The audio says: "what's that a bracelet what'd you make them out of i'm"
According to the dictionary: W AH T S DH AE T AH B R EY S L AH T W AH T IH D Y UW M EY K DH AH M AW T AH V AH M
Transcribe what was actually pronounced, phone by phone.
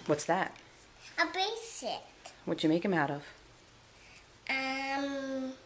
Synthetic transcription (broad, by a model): W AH T S DH AE T AH B EY S AH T W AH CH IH M EY K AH M AW T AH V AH M